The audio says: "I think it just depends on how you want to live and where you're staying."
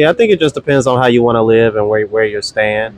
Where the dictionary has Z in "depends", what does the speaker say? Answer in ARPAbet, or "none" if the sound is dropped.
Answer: Z